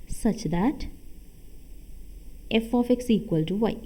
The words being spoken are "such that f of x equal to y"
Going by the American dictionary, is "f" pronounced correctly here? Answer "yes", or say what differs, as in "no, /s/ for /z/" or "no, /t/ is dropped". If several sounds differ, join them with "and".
yes